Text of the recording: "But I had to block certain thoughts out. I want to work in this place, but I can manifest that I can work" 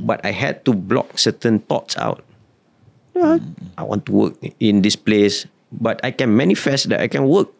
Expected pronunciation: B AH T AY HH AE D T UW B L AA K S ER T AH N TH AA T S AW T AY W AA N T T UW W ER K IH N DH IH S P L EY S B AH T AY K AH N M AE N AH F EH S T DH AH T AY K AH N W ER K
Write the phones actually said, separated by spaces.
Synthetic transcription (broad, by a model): B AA T AY HH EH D T UW B L AA K S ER T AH N T AA T S AW T AY W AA N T T UW W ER K IH N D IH S P L EY S B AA T AY K AH N M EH N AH F EH S T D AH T AY K AH N W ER K